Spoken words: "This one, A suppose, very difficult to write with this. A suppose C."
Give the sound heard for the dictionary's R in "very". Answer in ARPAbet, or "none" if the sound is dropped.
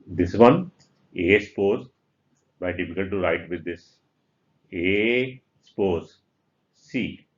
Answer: none